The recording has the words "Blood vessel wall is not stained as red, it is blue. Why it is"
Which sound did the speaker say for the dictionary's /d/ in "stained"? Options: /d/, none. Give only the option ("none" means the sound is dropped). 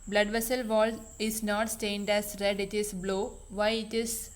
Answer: /d/